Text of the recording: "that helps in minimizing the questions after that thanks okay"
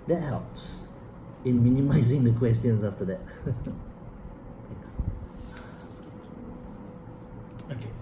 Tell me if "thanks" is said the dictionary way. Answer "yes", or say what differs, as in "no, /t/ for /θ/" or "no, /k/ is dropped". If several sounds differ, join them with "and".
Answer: no, /t/ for /θ/ and /ŋ/ is dropped